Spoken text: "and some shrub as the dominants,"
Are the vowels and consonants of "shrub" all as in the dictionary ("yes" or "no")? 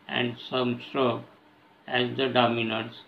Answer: no